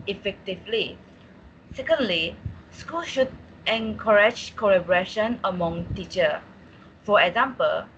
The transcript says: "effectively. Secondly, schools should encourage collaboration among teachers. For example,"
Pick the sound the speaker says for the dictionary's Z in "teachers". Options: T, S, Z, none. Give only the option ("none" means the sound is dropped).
none